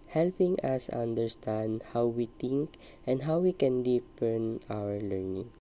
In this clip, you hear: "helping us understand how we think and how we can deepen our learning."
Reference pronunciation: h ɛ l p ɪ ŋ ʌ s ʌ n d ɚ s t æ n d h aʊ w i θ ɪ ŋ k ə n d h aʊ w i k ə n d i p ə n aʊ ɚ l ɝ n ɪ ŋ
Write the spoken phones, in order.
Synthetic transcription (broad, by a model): h ɛ l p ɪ ŋ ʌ s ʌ n d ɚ s t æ n d h aʊ w i t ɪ ŋ k ə n d h aʊ w i k ə n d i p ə n aʊ ɚ l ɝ n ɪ ŋ